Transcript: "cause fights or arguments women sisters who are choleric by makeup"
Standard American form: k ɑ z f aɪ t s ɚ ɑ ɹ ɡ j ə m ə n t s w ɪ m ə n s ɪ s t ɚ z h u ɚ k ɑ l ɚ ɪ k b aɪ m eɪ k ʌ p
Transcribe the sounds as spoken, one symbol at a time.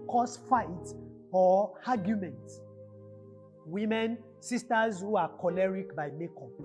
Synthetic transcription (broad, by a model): k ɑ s f aɪ t ɔ ɑ ɡ j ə m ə n t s w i m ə n s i s t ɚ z h u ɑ k ɑ l ɚ ɪ k b aɪ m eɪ k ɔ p